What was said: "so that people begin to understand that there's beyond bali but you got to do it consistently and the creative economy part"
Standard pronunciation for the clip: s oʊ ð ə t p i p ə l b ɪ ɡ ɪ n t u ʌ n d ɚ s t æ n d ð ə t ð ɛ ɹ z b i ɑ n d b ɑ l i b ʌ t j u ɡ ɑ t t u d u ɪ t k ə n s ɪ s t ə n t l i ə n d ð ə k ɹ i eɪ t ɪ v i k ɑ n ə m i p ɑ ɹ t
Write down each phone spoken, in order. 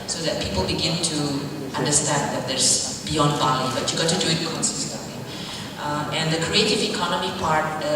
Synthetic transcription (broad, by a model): s oʊ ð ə t p i p ə l b ɪ ɡ ɪ n t u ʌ n d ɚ s t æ n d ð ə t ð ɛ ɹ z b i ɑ n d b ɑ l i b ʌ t j u ɡ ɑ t t u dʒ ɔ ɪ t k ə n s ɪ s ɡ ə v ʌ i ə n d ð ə k ɹ i eɪ t ɪ v i k ɑ n ə m i p ɑ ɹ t